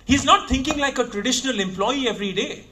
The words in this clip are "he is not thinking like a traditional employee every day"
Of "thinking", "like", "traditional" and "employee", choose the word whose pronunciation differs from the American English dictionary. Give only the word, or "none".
thinking